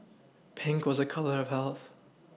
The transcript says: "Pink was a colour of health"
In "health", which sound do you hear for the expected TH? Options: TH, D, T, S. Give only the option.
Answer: TH